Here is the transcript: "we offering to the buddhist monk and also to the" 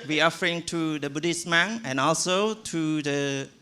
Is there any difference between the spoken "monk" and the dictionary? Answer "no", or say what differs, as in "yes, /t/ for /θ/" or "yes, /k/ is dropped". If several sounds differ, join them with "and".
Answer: yes, /k/ is dropped